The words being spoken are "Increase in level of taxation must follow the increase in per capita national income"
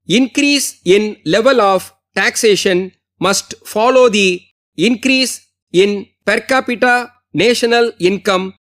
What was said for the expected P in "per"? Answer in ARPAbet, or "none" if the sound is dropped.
P